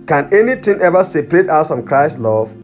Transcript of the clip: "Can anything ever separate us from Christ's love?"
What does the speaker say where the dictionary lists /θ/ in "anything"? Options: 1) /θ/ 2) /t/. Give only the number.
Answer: 2